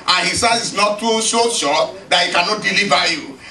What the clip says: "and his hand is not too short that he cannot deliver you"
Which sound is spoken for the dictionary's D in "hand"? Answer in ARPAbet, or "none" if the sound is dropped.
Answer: none